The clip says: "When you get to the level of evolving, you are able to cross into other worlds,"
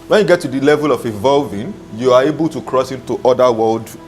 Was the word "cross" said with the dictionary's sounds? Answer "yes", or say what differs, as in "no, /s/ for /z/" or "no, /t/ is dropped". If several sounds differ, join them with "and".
yes